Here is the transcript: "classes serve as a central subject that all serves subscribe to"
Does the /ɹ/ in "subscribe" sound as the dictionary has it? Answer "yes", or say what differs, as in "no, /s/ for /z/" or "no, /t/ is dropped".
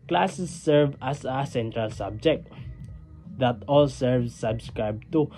yes